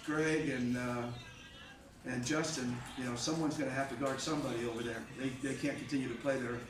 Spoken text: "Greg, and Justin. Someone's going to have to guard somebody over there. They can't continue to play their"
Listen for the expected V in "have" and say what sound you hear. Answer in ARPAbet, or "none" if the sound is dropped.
F